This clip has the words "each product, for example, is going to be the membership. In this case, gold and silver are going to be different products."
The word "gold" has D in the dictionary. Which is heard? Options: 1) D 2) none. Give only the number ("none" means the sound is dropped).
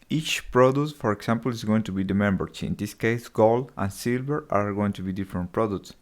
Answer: 2